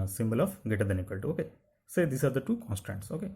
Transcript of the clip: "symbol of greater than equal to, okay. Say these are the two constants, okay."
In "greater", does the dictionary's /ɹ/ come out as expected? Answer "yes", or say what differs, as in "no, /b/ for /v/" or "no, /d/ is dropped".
no, /ɹ/ is dropped